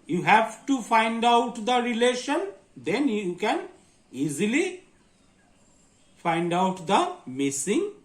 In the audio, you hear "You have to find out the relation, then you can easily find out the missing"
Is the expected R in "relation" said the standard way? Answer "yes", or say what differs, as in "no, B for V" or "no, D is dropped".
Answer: yes